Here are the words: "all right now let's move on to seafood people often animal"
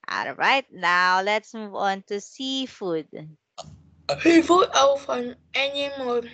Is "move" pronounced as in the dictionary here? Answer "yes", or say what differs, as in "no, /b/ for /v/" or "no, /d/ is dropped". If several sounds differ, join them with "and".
yes